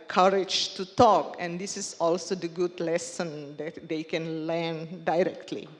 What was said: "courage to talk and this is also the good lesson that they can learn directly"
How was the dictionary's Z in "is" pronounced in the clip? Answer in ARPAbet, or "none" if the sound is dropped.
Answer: S